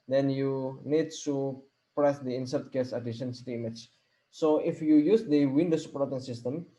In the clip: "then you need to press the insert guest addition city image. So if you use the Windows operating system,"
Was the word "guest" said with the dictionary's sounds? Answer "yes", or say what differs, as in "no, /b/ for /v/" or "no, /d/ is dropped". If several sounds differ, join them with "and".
no, /t/ is dropped